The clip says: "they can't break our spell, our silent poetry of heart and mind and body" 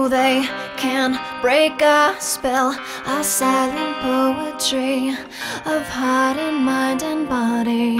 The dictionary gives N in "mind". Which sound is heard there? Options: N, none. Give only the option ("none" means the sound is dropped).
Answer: none